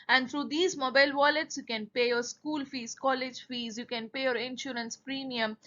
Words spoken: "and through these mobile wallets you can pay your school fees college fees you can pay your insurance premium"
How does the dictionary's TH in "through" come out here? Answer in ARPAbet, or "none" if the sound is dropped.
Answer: T